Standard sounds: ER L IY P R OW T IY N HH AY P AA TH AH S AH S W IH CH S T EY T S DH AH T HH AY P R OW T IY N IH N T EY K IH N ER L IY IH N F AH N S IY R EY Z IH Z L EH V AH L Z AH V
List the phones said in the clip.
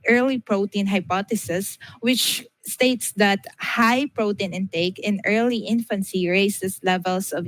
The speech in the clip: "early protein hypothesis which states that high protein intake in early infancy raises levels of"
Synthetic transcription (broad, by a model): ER L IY P R OW T IY N HH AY P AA T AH S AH S W IH CH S T EY T S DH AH T HH AY P R OW T IY N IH N T EY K IH N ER L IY IH N F AH N S IY R EY S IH S L EH V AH L S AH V